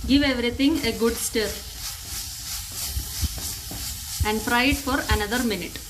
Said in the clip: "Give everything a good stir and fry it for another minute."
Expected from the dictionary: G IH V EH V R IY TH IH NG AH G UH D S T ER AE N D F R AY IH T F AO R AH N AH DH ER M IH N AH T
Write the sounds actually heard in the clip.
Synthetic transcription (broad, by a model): G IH V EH V R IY T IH NG AH G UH D S T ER AE N D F R AY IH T F AO R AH N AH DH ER M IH N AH T